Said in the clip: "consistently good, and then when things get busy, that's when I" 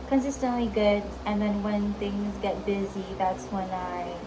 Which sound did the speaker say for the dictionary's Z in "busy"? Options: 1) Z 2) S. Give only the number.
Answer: 1